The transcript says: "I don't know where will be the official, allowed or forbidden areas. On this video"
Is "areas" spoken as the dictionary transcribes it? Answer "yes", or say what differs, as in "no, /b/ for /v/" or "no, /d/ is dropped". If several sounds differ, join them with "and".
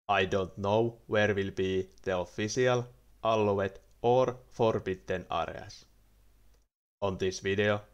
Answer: no, /s/ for /z/